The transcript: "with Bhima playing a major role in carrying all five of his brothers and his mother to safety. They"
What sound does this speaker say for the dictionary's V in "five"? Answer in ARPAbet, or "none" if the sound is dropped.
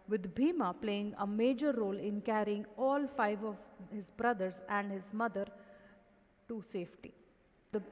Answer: V